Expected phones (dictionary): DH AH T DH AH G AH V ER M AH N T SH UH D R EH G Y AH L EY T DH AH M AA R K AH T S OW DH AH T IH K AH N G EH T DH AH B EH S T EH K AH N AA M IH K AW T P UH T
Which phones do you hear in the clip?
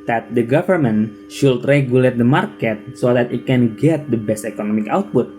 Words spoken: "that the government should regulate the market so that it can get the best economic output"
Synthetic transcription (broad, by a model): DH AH T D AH G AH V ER M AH N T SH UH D R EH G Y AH L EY T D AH M AA R K AH T S OW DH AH T IH K AH N G EH T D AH B EH S T EH K AH N AA M IH K AW T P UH T